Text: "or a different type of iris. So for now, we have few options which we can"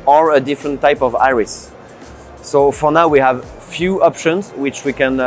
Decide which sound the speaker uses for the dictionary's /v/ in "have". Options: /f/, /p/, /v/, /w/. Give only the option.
/v/